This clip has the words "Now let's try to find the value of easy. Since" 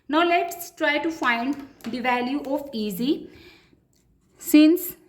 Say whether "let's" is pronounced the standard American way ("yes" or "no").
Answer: yes